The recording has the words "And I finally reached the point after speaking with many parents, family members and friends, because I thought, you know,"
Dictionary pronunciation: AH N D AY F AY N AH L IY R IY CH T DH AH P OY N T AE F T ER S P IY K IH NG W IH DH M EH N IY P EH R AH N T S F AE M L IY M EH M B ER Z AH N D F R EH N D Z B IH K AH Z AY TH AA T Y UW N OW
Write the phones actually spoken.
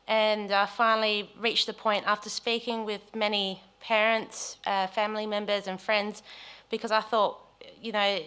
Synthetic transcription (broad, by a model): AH N AY F AY N L IY R IY CH DH AH P OY N T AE F T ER S P IY K IH NG W IH DH M EH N IY P EH R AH N T S F AE M L IY M EH M B ER Z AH N F R EH N D Z B IH K AH Z AY TH AA T Y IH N OW